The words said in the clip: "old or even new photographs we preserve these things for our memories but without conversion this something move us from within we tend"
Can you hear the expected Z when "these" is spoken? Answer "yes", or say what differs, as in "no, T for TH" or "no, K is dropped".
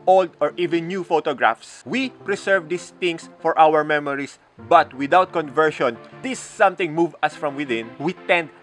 no, S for Z